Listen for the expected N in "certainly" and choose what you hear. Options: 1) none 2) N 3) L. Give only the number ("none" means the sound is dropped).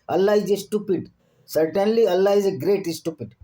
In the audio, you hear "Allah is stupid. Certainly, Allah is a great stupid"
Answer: 2